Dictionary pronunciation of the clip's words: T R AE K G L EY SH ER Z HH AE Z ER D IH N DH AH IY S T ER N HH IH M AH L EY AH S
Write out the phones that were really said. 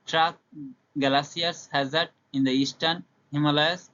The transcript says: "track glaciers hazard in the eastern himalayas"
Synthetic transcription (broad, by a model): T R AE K G L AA S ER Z HH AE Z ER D IH N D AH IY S T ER N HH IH M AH L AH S